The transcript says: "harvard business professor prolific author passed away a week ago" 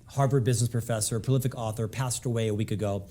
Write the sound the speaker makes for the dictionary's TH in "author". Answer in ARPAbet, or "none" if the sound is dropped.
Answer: TH